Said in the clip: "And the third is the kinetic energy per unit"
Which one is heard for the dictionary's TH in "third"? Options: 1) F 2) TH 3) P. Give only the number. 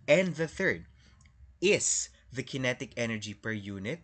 2